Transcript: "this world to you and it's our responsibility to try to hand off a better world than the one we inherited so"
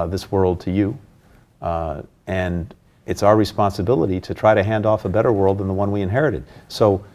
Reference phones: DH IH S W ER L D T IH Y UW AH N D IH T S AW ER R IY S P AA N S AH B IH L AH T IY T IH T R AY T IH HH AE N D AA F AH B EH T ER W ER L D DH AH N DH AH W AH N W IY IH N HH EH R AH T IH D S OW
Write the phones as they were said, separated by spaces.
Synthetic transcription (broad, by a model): DH IH S W ER L D T IH Y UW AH N IH T S AW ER R IY S P AA N S AH B IH L AH T IY T IH T R AY T IH HH AE N D AA F AH B EH T ER W ER L D DH AH N DH AH W AH N W IY IH N HH EH R AH T IH D S OW